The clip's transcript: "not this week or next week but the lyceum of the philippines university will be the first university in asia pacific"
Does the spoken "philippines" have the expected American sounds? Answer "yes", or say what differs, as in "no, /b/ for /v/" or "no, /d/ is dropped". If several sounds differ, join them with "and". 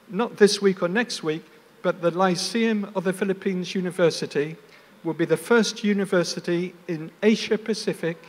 yes